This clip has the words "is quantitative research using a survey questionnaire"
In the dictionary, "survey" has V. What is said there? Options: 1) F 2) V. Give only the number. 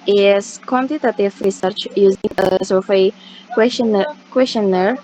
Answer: 1